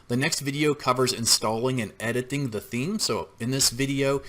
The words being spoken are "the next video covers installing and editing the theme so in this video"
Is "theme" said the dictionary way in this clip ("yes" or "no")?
yes